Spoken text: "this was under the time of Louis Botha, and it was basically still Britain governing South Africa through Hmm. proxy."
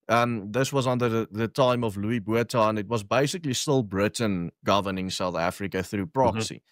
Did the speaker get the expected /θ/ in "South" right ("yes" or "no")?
yes